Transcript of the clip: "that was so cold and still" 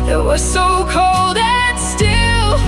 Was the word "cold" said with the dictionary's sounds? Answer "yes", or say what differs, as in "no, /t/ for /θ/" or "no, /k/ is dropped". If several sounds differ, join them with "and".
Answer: yes